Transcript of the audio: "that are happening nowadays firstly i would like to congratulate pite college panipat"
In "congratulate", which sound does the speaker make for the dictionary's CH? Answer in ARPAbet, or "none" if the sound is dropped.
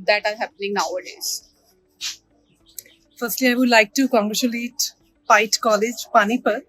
SH